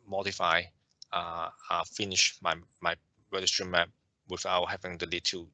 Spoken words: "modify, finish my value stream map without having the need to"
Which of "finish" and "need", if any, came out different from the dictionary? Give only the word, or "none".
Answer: need